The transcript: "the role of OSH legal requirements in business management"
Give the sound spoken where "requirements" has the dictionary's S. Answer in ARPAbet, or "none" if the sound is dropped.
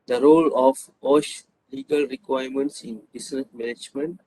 S